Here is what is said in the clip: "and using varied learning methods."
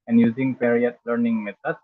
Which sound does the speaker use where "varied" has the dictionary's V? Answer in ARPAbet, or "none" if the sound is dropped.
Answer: P